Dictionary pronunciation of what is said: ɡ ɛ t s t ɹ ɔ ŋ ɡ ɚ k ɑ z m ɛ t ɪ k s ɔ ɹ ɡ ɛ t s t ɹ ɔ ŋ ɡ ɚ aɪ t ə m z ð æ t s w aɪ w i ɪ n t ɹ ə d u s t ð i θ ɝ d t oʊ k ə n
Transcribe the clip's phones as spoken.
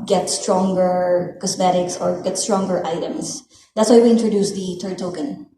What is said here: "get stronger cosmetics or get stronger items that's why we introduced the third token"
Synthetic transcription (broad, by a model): ɡ ɛ t s t ɹ ɔ ŋ ɡ ɚ k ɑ s m ɛ t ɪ k s ɔ ɹ ɡ ɛ t s t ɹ ɔ ŋ ɡ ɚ aɪ t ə m s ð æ t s w aɪ w i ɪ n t ɹ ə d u s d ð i t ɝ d t oʊ k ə n